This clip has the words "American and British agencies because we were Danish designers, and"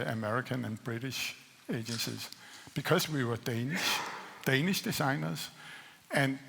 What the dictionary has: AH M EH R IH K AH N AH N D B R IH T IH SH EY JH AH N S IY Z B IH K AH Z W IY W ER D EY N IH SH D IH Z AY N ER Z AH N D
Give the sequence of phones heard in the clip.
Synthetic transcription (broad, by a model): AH M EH R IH K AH N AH N B R IH T IH SH EY JH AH N S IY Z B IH K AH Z W IY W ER D EY N IH SH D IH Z AY N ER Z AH N